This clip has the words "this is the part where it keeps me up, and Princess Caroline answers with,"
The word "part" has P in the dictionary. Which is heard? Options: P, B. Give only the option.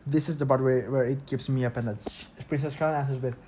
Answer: B